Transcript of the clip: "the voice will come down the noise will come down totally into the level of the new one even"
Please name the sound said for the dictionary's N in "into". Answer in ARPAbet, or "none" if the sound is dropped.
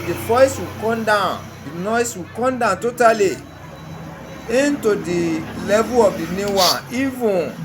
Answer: N